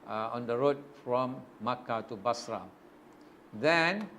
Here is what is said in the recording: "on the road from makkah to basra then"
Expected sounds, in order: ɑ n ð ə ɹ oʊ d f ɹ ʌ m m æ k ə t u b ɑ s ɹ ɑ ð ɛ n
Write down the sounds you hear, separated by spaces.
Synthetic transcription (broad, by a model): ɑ n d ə ɹ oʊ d f ɹ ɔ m m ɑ k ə t u b ɑ s ɹ ɑ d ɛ n